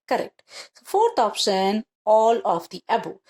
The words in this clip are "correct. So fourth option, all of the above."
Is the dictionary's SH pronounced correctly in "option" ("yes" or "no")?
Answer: no